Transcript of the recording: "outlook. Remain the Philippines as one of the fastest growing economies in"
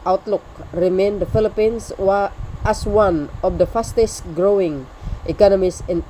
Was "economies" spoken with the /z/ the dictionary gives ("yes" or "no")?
no